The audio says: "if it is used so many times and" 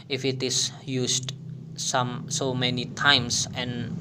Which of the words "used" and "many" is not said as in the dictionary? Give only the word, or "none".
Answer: used